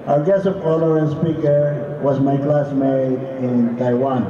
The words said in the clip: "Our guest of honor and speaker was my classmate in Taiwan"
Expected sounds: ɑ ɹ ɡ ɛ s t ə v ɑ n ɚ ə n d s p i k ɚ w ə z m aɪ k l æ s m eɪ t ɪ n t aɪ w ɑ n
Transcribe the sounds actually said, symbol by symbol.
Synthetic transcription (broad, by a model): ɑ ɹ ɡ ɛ s ə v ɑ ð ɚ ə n s p i k ɚ w ə z m aɪ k l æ s m eɪ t ɪ n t aɪ w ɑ n